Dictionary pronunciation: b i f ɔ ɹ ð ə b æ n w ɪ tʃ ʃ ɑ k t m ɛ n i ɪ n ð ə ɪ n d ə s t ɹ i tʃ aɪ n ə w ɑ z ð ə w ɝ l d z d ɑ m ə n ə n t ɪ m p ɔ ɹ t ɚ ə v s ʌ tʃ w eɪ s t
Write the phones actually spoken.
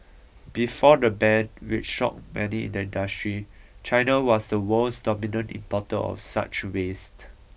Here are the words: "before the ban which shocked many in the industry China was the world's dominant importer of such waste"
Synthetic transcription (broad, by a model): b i f ɔ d ə b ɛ n w ɪ tʃ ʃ ɑ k m ɛ n i ɪ n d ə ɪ n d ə s t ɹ i tʃ aɪ n ə w ɑ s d ə w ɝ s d d ɑ m ə n ə n t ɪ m p ɔ t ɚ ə f s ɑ tʃ w eɪ s t